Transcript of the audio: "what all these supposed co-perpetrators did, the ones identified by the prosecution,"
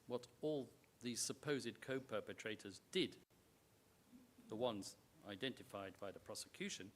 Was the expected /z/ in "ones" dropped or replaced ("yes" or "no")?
no